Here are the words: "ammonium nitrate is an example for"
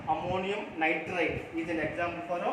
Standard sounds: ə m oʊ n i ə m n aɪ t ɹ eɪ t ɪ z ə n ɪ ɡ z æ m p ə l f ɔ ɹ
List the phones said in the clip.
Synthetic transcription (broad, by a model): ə m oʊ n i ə m n aɪ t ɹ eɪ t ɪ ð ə l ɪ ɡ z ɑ m b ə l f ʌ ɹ